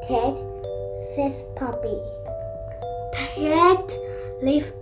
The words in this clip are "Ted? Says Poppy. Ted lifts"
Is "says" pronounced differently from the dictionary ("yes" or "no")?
yes